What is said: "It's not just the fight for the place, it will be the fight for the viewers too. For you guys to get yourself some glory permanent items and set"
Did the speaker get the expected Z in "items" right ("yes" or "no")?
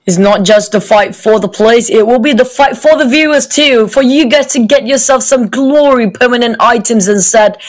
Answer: yes